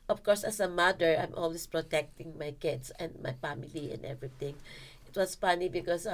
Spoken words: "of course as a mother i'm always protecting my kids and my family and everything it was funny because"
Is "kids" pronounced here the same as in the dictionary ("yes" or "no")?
no